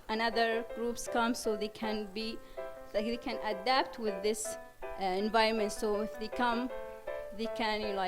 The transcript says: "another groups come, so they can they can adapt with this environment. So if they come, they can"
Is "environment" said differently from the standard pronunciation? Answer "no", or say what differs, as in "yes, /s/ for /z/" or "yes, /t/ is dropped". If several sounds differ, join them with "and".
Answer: yes, /ɹ/ is dropped